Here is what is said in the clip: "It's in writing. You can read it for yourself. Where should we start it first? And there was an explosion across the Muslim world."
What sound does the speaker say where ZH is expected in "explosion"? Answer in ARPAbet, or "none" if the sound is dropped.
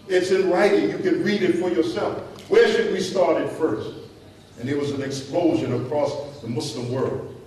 ZH